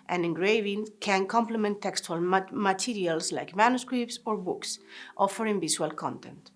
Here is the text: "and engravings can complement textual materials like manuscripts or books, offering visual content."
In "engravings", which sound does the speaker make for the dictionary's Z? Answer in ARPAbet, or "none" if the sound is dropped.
none